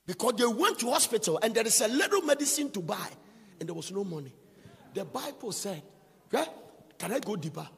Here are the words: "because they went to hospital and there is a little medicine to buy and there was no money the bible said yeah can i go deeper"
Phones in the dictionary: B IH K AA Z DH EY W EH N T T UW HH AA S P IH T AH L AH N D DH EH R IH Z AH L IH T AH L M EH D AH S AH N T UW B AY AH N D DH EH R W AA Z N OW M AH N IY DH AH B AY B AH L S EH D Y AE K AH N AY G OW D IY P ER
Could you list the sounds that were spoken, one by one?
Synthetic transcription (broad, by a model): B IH K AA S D EY W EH N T T UW HH AA S P IH T AH L AH N D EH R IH S AH L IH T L M EH D AH S AH N T UW B AY AH N D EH W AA S N OW M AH N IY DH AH B AY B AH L S EH D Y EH K AH N AY G OW D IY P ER